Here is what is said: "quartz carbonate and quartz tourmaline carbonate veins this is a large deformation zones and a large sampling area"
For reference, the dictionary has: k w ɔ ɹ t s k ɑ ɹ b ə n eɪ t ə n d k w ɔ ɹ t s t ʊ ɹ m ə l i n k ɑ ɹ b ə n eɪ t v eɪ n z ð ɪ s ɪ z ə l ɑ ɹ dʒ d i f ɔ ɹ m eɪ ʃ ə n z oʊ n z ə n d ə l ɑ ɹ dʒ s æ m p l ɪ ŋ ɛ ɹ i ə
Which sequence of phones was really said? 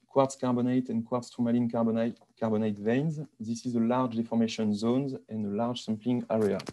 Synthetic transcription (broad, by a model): k w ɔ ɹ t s k ɑ ɹ b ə n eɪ t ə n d k w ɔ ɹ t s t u m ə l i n k ɑ ɹ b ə n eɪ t v eɪ n z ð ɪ s ɪ z ə l ɑ ɹ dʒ d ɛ f ɔ ɹ m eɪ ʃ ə n z oʊ n z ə n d ə l ɑ ɹ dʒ s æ m p l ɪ ŋ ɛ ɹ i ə